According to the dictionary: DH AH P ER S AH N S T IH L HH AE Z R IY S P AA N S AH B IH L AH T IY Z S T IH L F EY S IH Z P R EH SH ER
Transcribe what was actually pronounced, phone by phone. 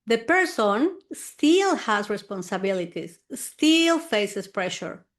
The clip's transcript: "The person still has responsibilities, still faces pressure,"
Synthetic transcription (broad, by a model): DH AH P ER S AH N S T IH L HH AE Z R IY S P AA N S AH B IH L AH T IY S S T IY L F EY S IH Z P R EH SH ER